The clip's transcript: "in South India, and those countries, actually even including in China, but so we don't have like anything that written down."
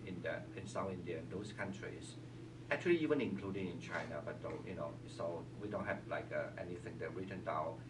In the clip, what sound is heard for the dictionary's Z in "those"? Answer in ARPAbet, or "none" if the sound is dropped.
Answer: S